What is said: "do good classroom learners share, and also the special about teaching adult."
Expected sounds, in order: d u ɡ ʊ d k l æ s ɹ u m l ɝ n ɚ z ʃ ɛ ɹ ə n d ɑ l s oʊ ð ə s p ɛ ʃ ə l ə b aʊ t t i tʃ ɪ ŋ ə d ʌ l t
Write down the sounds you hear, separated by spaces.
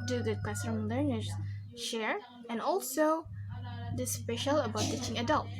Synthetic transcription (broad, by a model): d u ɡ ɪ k w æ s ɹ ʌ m l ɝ n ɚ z ʃ ɛ ɹ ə n ɑ l s oʊ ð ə s p ɛ ʃ ə l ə b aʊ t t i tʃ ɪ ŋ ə d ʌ l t